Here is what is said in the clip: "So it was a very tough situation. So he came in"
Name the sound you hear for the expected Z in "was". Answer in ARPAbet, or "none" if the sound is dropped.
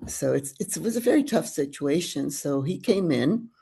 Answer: Z